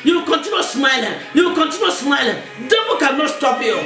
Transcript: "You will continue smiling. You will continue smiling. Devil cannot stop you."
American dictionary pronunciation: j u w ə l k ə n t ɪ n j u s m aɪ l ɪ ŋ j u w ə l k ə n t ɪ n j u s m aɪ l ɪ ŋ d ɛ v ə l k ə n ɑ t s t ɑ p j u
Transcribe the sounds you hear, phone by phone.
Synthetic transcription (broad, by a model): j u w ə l k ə n t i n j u s m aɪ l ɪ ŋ j u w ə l k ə n t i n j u s m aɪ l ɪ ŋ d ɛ b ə k ə n ɑ t s t ɑ p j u